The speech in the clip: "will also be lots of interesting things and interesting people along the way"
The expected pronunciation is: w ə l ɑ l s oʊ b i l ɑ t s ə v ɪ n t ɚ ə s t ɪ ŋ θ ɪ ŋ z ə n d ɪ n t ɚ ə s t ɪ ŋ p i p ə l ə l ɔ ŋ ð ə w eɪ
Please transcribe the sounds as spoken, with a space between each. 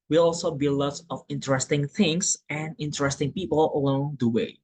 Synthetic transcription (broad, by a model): w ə l ɑ l s oʊ b i l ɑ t ə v ɪ n t ɚ ə s t ɪ ŋ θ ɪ ŋ s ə n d ɪ n t ɚ ə s t ɪ ŋ p i p ə l ə l ɔ ŋ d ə w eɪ